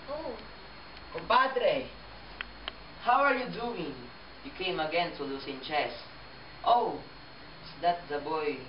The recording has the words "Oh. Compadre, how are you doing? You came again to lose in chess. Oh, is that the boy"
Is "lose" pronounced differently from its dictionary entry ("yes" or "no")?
yes